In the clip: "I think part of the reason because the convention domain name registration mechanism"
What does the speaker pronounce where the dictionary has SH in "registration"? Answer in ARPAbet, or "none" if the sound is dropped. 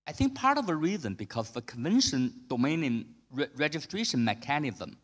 SH